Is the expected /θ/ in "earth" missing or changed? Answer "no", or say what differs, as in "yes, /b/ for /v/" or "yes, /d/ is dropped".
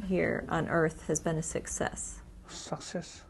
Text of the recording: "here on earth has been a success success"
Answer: no